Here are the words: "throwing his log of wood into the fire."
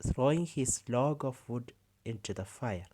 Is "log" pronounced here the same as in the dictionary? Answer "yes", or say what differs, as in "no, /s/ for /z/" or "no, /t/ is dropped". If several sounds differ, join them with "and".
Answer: yes